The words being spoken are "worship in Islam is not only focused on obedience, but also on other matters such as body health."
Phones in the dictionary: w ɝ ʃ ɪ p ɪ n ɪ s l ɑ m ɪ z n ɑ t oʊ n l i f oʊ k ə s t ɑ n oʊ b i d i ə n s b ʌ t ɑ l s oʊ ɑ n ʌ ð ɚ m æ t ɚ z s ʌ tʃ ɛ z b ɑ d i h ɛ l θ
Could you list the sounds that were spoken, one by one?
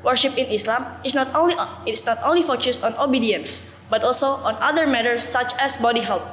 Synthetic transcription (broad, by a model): w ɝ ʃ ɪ p ɪ n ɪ s l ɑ m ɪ s n ɑ t oʊ n l i f oʊ k ə s t ɑ n oʊ b i d i ə n s b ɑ t ɑ l s oʊ ɑ n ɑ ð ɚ m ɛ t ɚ s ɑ tʃ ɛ s b ɑ d i h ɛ l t